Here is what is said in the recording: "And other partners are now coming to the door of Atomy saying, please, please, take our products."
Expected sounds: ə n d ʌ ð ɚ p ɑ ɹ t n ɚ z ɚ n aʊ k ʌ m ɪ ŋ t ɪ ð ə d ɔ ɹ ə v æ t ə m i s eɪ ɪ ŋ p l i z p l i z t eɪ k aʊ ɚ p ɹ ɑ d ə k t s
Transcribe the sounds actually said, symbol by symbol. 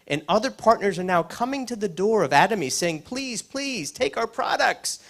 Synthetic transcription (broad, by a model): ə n ʌ ð ɚ p ɑ ɹ t n ɚ z ɚ n aʊ k ʌ m ɪ ŋ t ɪ ð ə d ɔ ɹ ə v æ t ə m i s eɪ ɪ ŋ p l i z p l i z t eɪ k aʊ ɚ p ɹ ɑ d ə k t s